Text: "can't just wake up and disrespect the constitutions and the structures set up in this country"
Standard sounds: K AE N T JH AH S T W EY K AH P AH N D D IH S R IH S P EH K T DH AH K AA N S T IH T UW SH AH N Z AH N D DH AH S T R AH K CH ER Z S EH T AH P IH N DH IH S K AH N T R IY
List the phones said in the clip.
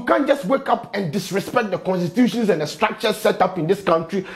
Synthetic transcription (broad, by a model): K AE N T JH AH S T W EY K AH P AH N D D IH S R IH S P EH K T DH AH K AA N S T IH T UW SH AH N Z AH N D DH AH S T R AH K CH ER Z S EH T AH P IH N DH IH S K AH N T R IY